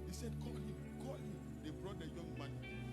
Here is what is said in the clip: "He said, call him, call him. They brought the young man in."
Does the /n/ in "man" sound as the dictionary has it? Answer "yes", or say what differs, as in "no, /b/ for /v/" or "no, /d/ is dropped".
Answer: no, /n/ is dropped